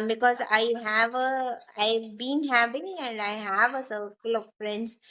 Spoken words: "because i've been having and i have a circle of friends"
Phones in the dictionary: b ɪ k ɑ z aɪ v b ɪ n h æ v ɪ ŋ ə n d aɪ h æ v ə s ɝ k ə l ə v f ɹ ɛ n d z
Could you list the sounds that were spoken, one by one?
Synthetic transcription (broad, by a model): b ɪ k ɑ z aɪ v b ɪ n h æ p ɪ ə n d aɪ h æ v ə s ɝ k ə l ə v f ɹ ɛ n d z